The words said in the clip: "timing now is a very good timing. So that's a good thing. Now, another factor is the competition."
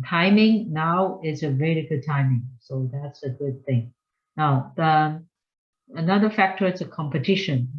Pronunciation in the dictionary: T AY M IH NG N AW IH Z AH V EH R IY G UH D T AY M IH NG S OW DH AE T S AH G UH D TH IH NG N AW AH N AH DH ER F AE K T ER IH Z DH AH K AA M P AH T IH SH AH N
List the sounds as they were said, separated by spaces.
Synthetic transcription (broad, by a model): T AY M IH NG N AW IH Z AH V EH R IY G UH D T AY M IH NG S OW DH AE T S AH G UH D TH IH NG N AW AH N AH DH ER F AE K T ER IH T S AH K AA M P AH T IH SH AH N